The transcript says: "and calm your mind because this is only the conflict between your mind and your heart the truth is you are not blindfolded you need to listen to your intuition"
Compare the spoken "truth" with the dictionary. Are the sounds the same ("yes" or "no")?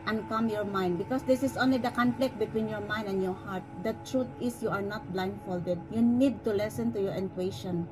no